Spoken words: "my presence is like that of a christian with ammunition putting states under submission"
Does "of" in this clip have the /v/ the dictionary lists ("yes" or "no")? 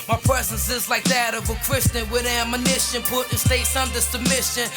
yes